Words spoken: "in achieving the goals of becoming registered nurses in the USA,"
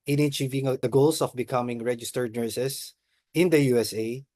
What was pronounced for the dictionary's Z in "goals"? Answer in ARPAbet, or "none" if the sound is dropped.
S